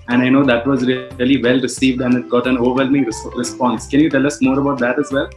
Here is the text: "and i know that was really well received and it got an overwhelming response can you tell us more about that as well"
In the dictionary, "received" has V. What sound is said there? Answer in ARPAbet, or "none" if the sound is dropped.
V